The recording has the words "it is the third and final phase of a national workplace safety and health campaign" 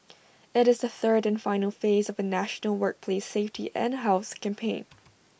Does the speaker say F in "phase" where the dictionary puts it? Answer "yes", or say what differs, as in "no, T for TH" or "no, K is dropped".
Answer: yes